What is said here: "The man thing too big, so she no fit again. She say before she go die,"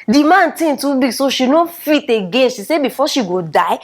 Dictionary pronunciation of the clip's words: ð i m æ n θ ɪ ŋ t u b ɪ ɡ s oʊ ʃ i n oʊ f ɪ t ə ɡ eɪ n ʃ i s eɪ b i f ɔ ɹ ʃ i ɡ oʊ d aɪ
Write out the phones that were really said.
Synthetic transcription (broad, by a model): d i m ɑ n t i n t u b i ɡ s oʊ ʃ i n oʊ f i t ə ɡ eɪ n ʃ i s eɪ b i f ɔ ʃ i ɡ oʊ d aɪ